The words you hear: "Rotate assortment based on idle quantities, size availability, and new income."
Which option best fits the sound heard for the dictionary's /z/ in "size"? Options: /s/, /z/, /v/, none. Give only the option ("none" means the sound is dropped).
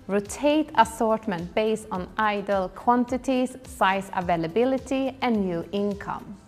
/s/